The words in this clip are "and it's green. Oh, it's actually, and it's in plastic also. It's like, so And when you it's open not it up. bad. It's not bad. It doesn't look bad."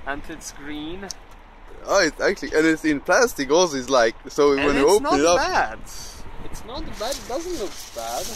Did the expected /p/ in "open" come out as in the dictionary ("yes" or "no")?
no